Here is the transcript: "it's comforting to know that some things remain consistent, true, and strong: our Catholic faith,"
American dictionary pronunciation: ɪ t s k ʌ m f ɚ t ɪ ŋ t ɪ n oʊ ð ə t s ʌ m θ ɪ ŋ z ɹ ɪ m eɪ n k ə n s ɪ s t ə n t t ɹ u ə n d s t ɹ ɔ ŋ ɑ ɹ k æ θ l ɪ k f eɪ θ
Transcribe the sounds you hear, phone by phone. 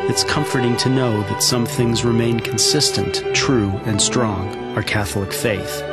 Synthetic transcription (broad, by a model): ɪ t s k ʌ m f ɚ t ɪ ŋ t ɪ n oʊ ð ə t s ʌ m θ ɪ ŋ z ɹ ɪ m eɪ n k n s ɪ s t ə n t t ɹ u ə n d s t ɹ ɔ ŋ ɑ ɹ k æ θ l ɪ k f eɪ θ